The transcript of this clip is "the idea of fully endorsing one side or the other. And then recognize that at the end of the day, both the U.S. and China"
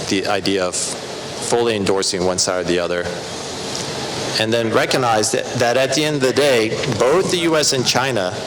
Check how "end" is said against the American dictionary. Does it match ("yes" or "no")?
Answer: yes